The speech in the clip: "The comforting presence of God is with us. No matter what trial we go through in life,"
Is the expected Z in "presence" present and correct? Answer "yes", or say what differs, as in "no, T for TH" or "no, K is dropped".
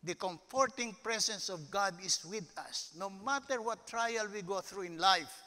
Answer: no, S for Z